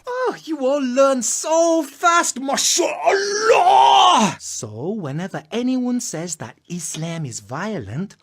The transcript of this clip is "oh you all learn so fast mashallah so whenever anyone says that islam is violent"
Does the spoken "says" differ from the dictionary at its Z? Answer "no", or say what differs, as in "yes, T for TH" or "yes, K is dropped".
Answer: no